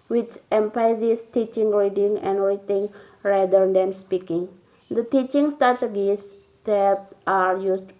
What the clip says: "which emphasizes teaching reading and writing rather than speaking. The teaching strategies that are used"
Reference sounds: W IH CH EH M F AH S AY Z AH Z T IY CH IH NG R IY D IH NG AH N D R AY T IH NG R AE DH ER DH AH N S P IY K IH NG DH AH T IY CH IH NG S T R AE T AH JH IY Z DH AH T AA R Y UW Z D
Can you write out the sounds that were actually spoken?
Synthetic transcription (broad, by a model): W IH CH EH M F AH IH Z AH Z T IY CH IH NG R IY D IH NG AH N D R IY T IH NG R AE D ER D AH N S P IY K IH NG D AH T IY CH IH NG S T AA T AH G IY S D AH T AA R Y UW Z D